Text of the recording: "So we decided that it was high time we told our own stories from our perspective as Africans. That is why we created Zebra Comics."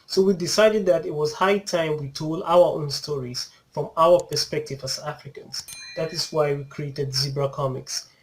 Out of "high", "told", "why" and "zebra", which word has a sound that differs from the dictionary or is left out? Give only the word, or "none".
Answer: none